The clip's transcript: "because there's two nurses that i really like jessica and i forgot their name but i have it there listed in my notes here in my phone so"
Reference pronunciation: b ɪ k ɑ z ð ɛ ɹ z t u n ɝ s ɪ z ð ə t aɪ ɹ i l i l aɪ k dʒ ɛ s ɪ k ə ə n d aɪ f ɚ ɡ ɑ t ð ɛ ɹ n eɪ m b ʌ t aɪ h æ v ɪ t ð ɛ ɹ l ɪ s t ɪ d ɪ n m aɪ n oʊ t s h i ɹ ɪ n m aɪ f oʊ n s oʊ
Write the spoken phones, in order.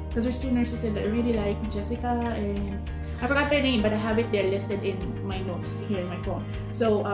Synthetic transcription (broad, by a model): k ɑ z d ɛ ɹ s t u n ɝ s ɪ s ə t aɪ ɹ i l i l aɪ k dʒ ɛ s ɪ k ə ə n d aɪ f ɚ ɡ ɑ t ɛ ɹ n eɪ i b ʌ t aɪ h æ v ɪ t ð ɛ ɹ l ɪ s t ɪ d ɪ n m aɪ n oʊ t s h i ɹ ɪ n m aɪ f oʊ n s oʊ